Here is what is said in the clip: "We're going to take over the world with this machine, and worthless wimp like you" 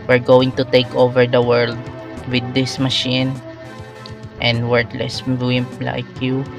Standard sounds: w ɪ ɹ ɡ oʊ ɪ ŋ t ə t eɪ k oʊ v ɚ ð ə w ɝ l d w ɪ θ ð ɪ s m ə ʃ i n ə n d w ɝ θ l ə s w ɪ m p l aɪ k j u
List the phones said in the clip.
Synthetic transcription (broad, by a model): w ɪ ɹ ɡ oʊ ɪ ŋ t ə t eɪ k oʊ v ɚ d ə w ɝ l d w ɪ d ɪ s m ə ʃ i n ə n d w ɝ t l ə s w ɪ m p l aɪ k j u